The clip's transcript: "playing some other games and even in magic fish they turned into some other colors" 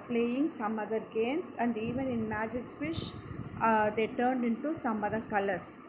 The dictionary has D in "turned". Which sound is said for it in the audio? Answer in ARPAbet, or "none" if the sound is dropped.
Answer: D